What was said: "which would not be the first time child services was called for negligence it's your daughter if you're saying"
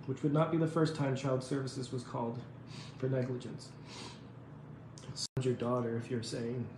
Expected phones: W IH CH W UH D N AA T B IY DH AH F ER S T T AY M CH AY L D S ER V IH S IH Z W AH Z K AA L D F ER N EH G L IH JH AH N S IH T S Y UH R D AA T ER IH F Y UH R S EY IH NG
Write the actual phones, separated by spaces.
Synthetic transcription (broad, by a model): W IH CH W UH D N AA T B IY DH AH F ER S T T AY M CH AY L D S ER V IH S IH Z W AH Z K AA L D F ER N EH G L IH JH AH N S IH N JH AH R D AA T ER IH F Y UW R S EY IH NG